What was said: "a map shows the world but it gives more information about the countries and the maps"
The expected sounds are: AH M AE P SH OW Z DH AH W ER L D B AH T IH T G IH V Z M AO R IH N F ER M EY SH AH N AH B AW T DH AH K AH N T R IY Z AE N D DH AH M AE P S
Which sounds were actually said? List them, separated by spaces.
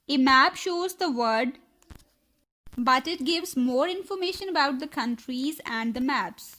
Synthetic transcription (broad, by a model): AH M AE P SH OW Z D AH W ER D B AH T IH T G IH V Z M AO R IH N F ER M EY SH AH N AH B AW T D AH K AH N T R IY Z AE N D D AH M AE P S